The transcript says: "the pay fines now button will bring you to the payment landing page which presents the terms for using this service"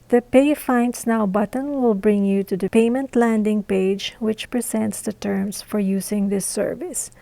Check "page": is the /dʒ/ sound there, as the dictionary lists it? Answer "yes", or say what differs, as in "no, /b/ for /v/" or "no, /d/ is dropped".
yes